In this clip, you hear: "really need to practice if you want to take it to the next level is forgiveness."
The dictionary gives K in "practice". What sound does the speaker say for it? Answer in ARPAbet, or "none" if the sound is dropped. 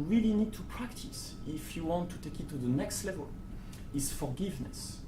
K